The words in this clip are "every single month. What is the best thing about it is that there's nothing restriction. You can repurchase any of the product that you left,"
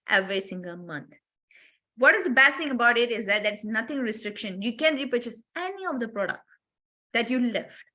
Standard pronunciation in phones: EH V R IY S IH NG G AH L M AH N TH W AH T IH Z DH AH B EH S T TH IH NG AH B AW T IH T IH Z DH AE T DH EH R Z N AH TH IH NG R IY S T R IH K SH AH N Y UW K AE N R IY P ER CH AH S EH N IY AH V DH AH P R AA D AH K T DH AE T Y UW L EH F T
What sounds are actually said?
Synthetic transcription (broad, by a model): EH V R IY S IH NG G AH L M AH N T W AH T IH Z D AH B EH S T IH NG AH B AW T IH T IH Z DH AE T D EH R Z N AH T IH NG R IY S T R IH K SH AH N Y UW K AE N R IY P ER CH AH S EH N IY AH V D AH P R AA D AH K T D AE T Y UW L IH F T